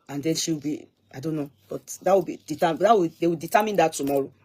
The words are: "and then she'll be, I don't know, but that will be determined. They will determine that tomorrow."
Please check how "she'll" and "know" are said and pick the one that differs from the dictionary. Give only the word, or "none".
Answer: she'll